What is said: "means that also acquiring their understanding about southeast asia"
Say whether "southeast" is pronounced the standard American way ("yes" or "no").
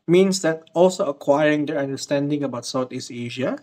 no